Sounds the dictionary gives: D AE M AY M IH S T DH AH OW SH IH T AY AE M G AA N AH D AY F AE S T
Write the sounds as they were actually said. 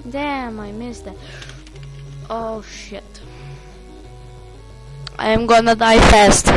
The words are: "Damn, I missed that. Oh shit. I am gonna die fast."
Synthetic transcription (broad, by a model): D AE M AY M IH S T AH OW SH IH T AY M G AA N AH D AY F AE S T